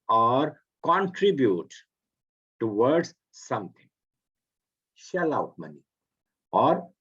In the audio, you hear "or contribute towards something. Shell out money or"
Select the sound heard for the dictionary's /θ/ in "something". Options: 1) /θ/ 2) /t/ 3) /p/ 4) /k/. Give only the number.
2